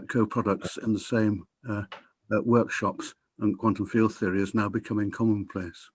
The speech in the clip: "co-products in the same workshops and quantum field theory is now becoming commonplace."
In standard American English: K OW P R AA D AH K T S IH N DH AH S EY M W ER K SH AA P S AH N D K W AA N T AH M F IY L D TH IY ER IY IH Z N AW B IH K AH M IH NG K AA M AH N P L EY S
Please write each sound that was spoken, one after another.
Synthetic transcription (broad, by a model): K OW P R AA D AH K T S IH N DH AH S EY M W ER K SH AA P S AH N K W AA N T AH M F IY L D TH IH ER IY IH Z N AW B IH K AH M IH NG K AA M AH N P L EY S